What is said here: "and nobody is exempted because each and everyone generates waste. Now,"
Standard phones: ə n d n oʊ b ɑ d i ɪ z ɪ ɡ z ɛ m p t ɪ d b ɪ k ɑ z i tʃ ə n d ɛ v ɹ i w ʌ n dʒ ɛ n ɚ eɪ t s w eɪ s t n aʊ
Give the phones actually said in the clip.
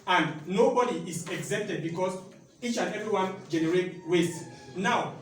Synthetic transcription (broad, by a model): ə n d n oʊ b ɑ d i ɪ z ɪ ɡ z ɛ p t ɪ d b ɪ k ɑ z i tʃ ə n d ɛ v ɹ i w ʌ n dʒ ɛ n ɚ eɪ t w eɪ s n aʊ